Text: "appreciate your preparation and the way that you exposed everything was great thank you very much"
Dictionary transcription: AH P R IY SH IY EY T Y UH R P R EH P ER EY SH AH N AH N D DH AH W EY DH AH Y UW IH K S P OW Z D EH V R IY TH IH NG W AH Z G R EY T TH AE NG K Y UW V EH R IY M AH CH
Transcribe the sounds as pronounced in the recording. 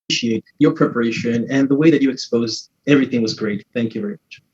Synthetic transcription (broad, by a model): SH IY EY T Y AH R P R EH P ER EY SH AH N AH N DH AH W EY DH AH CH IH K S P OW Z D EH V R IY TH IH NG W AH Z G R EY T TH AE NG K Y UW V EH R IY M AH CH